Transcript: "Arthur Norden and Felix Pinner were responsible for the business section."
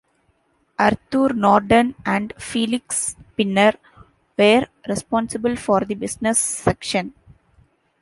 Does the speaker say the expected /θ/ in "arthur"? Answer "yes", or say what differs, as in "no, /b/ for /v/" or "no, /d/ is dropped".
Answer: no, /t/ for /θ/